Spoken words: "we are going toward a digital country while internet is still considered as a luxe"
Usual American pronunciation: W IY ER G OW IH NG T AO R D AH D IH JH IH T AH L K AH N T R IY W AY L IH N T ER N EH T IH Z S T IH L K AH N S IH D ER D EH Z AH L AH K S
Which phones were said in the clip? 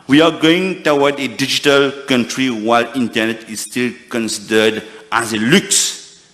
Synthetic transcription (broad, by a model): W IY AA G OW IH NG T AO W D AH D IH JH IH T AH L K AH N T R IY W AY L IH N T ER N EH T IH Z S T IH L K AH N S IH D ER D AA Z AH L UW K S